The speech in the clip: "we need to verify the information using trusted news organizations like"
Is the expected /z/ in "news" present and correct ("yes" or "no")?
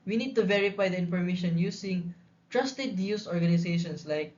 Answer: no